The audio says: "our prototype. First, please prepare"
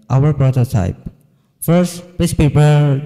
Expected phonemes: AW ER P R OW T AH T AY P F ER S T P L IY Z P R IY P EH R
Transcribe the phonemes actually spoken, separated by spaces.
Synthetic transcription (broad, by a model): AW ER P R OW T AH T AY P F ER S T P IY S P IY P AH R